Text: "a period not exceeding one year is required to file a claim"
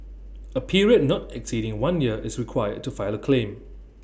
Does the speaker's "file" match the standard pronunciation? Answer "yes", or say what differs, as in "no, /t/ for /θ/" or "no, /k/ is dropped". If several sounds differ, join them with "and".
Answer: yes